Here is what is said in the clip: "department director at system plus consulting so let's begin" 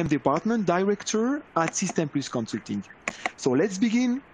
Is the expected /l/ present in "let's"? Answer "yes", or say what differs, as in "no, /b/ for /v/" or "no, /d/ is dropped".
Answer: yes